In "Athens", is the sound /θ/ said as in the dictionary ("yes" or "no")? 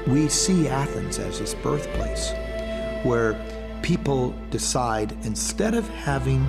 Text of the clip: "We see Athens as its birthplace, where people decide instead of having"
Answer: yes